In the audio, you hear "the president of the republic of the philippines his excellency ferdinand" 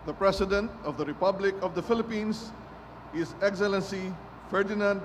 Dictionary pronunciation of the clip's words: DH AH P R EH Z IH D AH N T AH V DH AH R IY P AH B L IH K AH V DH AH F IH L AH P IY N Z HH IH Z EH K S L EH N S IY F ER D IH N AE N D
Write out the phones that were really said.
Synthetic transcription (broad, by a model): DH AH P R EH S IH D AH N T AH V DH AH R IY P AH B L IH K AH V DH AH F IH L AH P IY N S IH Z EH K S L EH N S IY F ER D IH N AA N D